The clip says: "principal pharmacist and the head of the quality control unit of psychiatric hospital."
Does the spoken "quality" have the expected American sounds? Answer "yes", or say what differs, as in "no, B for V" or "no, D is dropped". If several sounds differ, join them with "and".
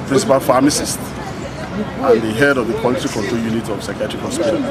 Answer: no, L is dropped